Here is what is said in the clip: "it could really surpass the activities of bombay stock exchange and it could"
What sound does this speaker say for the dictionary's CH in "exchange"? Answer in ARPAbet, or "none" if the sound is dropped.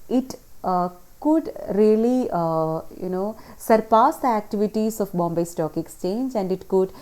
CH